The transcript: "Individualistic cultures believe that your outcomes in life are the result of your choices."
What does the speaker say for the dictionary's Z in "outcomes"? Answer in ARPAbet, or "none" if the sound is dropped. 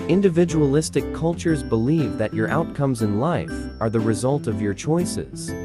Z